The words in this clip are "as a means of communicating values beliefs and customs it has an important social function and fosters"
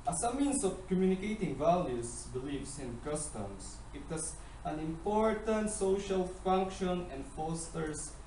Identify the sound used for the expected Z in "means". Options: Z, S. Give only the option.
S